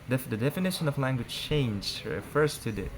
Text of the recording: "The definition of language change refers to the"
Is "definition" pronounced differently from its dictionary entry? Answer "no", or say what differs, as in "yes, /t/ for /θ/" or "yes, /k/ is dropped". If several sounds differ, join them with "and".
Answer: no